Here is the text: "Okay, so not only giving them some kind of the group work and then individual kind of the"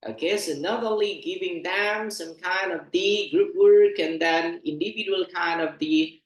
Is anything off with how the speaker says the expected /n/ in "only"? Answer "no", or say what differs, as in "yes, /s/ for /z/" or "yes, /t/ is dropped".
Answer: yes, /n/ is dropped